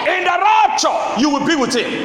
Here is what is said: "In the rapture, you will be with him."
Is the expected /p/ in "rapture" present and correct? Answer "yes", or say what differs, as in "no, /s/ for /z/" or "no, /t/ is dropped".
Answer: no, /p/ is dropped